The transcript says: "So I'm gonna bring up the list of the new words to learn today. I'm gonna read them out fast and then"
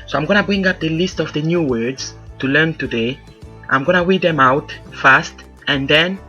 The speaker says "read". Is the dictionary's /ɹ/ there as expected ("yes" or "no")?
no